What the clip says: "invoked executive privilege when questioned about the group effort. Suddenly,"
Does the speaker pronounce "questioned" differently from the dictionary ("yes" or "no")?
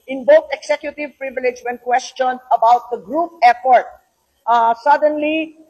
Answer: yes